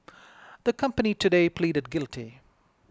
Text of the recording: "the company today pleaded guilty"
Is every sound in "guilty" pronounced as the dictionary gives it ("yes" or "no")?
yes